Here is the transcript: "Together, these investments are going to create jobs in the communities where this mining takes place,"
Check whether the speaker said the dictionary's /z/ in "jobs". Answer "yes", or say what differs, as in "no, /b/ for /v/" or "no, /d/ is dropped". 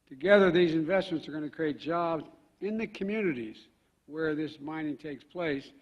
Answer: yes